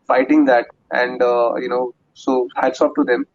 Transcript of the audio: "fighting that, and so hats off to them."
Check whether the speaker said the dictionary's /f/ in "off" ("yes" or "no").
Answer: no